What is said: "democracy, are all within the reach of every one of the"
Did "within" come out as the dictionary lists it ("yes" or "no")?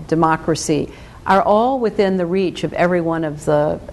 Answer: yes